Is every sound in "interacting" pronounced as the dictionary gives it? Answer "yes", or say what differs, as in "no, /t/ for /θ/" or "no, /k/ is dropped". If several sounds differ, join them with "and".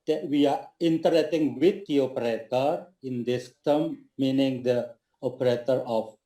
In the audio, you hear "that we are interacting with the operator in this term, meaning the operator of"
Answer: no, /k/ is dropped